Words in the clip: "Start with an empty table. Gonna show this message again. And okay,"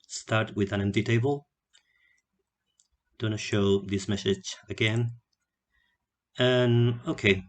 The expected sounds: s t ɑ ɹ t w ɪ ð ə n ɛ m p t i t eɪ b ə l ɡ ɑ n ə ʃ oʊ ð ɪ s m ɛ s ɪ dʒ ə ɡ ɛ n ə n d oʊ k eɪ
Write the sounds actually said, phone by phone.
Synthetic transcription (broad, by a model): s t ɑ ɹ t w ɪ ð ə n ɛ m p t i t eɪ b ə l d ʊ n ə ʃ oʊ ð ɪ s m ɛ s ɪ dʒ ə ɡ ɛ n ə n oʊ k eɪ